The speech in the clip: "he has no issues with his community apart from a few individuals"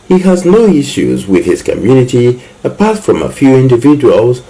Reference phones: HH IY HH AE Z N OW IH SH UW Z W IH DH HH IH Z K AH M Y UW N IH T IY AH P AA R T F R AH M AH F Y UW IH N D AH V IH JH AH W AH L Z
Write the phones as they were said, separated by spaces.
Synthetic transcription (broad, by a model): HH IY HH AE Z N OW IH SH UW Z W IH DH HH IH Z K AH M Y UW N IH T IY AH P AA R T F R AH M AH F Y UW IH N D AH V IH JH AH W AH L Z